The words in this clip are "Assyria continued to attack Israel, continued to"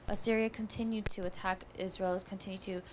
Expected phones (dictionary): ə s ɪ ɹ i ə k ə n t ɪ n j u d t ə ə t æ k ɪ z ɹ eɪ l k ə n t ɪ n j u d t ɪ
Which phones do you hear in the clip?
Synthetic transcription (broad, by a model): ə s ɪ ɹ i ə k ə n t ɪ n j u d t ə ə t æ k ɪ z ɹ eɪ l k ə n t ɪ n j u d t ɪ